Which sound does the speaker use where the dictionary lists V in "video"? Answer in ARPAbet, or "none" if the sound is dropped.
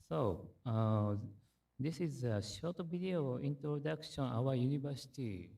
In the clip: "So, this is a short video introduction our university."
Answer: B